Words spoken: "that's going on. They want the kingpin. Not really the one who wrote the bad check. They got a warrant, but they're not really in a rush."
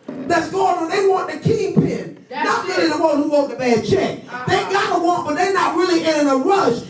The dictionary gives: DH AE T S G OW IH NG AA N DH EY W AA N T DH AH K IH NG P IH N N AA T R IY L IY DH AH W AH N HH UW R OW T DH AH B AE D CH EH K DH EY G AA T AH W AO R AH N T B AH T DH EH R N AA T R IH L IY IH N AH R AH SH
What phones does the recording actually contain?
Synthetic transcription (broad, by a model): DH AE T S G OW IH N DH EY W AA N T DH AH K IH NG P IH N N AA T L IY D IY DH AH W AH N HH UW W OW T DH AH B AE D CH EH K DH EY G AA T AH W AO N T B AH T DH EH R N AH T R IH L IY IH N AH R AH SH